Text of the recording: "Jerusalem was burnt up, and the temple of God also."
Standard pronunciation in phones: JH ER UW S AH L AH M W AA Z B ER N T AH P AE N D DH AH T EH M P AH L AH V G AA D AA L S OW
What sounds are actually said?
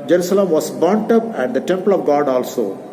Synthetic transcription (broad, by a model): JH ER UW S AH L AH M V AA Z B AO N T AH P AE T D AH T EH M P AH L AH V G AA D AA L S OW